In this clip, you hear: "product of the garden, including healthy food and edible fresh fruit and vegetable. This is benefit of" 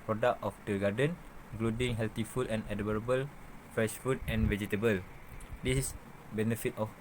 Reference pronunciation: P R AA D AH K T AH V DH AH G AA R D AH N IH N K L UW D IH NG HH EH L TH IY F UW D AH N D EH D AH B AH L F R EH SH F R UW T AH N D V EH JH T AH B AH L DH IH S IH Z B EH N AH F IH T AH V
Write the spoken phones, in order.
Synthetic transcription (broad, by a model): P R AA D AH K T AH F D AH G AA D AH N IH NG K L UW D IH NG HH EH L T IY F UW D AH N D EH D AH B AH L F R EH SH F UW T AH N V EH JH T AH B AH L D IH S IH S B EH N AH F IH T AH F